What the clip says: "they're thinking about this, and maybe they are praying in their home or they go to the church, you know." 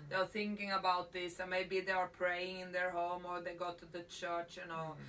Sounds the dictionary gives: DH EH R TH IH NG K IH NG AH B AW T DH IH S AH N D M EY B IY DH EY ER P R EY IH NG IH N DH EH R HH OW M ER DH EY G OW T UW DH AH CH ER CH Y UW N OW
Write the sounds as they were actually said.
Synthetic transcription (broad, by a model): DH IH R TH IH NG K IH NG AH B AW T DH IH S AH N M EY B IY DH EY ER P R EY IH NG IH N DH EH R HH OW M ER DH EY G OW T UW DH AH CH ER CH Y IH N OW